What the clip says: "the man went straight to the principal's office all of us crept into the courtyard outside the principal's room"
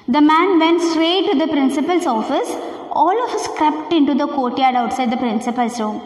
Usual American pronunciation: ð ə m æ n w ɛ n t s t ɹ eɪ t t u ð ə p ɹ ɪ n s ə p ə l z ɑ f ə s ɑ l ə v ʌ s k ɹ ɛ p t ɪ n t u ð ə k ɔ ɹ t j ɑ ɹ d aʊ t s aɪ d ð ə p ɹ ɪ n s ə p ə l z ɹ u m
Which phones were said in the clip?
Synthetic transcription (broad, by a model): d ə m æ n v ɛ n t s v eɪ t t u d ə p ɹ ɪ n s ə p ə l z ɑ f ə s ɑ l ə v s k ɹ ɛ p t ɪ n t u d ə k ɔ t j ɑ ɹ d aʊ t s aɪ d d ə p ɹ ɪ n s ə p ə l s ɹ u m